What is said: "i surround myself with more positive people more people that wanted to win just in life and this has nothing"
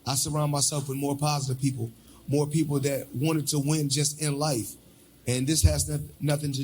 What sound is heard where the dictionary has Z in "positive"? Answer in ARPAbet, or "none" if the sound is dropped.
Z